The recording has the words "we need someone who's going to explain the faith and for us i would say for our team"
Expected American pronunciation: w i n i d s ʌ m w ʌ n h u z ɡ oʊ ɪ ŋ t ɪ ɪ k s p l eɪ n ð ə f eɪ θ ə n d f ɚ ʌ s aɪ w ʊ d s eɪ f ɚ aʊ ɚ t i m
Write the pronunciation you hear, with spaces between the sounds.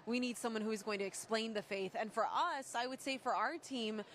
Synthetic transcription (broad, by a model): w i n i d s ʌ m w ʌ n h u z ɡ oʊ ɪ ŋ t ɪ ɪ k s p l eɪ n ð ə f eɪ θ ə n f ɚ ʌ s aɪ w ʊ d s eɪ f ɚ aʊ ɚ t i m